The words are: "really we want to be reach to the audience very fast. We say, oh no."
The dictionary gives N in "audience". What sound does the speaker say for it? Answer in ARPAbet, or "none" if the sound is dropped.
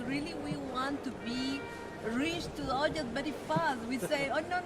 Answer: none